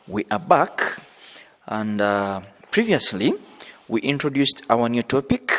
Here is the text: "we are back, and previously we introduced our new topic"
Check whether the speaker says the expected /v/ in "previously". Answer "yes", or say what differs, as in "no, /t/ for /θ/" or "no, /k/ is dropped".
yes